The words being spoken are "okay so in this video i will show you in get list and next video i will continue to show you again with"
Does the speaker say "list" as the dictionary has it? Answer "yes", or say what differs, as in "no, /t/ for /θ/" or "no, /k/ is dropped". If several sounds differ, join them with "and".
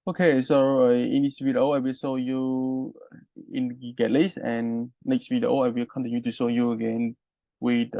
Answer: no, /t/ is dropped